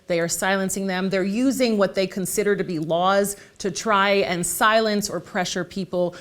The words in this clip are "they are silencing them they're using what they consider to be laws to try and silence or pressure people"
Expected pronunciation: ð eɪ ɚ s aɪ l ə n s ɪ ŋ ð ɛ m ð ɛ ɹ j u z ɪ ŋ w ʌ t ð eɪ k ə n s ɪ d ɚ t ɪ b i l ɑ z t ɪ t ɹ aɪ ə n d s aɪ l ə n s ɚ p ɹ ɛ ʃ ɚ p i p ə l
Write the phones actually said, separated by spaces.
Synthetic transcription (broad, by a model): ð eɪ ɚ s aɪ l ə n s ɪ ŋ ð ɛ m ð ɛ ɹ j u z ɪ ŋ w ʌ t ð eɪ k ə n s ɪ d ɚ t ɪ b i l ɑ z t ɪ t ɹ aɪ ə n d s aɪ l ə n s ɚ p ɹ ɛ ʃ ɚ p i p l